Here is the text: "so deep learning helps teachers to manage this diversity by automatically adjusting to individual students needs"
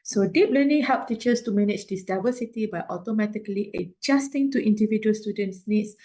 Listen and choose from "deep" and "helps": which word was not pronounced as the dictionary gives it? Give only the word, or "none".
helps